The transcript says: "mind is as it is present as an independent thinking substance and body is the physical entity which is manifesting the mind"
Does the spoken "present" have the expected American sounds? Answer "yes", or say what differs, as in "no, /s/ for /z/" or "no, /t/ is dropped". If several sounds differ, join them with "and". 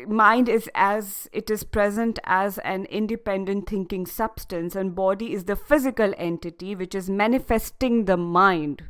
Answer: yes